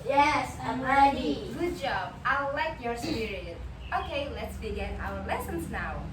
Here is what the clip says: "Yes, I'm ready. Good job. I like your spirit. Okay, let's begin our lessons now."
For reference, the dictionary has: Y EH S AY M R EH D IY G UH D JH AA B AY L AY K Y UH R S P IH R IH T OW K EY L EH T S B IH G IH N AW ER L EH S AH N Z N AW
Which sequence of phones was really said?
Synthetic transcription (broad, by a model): Y EH S AY M R EH D IY G UH D JH AA B AY L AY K Y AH R S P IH R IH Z OW K EY L EH T S B IH G IH N AW ER L EH S AH N Z N AW